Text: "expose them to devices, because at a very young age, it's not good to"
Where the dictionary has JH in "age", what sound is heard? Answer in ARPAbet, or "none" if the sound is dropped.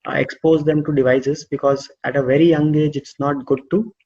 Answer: JH